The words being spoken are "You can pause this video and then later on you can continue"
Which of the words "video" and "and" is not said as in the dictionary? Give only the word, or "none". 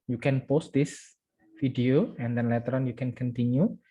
video